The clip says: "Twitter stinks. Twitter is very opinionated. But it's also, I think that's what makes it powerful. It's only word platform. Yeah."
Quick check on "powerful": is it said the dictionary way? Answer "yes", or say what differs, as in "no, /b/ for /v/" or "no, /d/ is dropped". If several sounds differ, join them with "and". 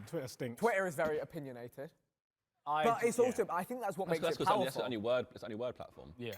no, /w/ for /l/